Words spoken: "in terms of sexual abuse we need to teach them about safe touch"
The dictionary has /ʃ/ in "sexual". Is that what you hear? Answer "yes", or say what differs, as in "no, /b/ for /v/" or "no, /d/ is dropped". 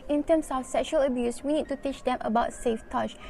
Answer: yes